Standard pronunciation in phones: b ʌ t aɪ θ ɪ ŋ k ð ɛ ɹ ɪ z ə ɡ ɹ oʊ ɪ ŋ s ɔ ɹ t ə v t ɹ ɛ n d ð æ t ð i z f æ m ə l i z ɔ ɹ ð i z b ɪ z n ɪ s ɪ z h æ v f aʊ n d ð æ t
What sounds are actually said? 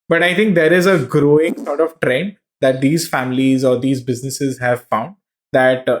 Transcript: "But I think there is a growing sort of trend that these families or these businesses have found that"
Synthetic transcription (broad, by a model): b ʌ t aɪ t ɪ ŋ k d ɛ ɹ ɪ z ə ɡ ɹ oʊ ɪ ŋ s ɔ ɹ t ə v t ɹ ɛ n d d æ t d i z f æ m ə l i z ɔ ɹ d i z b ɪ z n ɪ s ɪ z h æ v f aʊ n d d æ t